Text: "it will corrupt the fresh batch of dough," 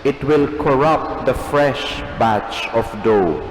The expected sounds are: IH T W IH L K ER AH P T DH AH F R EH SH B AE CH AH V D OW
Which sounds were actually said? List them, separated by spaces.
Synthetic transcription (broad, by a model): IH T W IH L K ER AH P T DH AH F R EH SH B AE CH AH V D OW